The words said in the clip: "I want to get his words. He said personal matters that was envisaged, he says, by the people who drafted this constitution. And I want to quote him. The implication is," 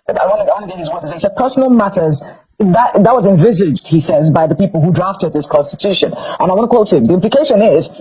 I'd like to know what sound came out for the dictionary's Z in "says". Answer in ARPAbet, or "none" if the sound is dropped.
Z